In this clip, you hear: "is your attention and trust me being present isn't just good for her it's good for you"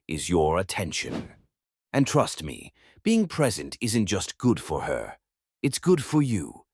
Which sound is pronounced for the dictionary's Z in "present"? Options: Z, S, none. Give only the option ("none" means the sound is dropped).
Z